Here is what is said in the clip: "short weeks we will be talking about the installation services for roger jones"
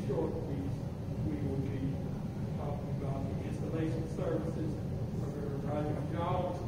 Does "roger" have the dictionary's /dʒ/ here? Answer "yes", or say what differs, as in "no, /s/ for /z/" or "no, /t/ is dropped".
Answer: no, /z/ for /dʒ/